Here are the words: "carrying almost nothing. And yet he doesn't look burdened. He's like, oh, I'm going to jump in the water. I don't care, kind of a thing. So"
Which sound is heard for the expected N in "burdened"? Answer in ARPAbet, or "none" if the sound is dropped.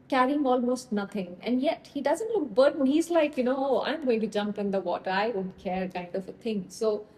none